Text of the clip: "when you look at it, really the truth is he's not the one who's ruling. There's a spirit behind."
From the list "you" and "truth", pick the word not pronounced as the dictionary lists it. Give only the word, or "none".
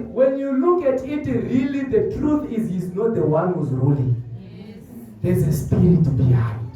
none